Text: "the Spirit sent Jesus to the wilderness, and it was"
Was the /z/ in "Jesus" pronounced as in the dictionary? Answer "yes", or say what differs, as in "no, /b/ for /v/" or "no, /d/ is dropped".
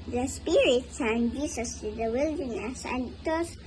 no, /s/ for /z/